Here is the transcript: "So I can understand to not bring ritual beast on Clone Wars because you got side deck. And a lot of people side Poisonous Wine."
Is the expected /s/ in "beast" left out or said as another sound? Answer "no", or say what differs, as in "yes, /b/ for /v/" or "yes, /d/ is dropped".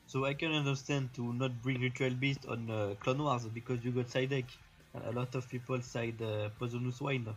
no